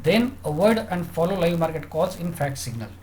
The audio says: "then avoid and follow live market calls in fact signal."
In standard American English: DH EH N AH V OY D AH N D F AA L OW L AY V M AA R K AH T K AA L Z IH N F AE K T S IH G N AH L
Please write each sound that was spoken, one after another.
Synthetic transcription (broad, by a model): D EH N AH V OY D AH N D F AA L OW L AY V M AA R K AH T K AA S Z IH N F AE K T S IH G N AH L